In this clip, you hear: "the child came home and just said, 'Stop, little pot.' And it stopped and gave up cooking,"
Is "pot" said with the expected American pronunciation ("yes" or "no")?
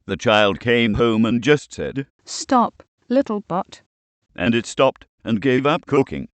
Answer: no